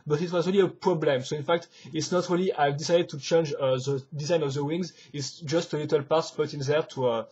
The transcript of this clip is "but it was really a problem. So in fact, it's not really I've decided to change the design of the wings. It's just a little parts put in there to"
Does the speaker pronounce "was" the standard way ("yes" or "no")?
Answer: yes